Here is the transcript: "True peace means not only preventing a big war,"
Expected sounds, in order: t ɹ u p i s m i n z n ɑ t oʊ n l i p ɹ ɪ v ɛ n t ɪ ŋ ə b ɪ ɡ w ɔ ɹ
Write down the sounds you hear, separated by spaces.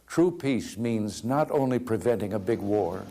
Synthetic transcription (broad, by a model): t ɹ u p i s m i n z n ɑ t oʊ n l i p ɹ ɪ v ɛ n t ɪ ŋ ə b ɪ ɡ w ɔ ɹ